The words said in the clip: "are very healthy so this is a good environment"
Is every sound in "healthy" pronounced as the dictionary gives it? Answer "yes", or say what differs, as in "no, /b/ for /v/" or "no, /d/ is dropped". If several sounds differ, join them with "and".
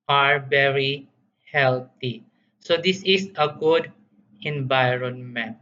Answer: no, /t/ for /θ/